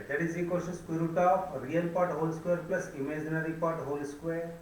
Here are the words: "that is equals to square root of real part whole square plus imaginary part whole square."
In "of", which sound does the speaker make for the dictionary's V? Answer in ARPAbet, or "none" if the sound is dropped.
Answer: P